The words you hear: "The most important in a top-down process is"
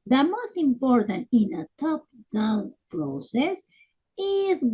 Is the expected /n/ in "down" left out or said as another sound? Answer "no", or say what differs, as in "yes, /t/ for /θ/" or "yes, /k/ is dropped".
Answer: yes, /l/ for /n/